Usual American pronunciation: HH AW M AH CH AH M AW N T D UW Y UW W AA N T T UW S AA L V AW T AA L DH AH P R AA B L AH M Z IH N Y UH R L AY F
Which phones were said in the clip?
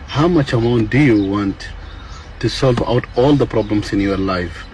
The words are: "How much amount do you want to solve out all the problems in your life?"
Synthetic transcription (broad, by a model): HH AW M AH CH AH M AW N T D UW Y UW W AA N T T UW S AA L V AW T AA L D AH P R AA B L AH M S IH N Y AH R L AY F